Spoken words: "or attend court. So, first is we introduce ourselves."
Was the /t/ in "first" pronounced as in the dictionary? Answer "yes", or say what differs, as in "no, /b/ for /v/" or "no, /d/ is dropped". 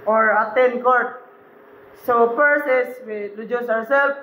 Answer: no, /t/ is dropped